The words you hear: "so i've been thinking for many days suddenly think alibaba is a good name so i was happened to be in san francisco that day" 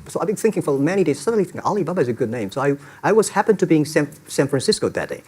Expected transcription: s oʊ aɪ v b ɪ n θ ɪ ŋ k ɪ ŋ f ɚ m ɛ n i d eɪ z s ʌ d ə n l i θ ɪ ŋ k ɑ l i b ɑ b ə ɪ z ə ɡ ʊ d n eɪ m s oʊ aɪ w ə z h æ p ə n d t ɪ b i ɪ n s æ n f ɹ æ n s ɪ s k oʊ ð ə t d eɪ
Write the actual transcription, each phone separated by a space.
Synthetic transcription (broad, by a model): s oʊ aɪ b ɪ n θ ɪ ŋ k ɪ ŋ f ɚ m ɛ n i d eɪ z s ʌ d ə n l i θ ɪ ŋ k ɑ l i b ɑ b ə ɪ z ə ɡ ʊ d n eɪ m s oʊ aɪ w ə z h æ p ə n t ɪ b i ɪ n s æ n f ɹ æ n s ɪ s k oʊ ð ə t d eɪ